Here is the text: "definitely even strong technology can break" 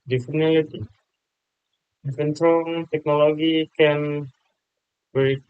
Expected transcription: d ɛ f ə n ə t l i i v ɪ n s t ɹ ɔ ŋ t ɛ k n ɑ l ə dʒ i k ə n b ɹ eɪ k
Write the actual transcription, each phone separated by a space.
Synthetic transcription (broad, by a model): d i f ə n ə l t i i f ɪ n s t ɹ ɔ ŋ t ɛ k n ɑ l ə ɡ i k ə n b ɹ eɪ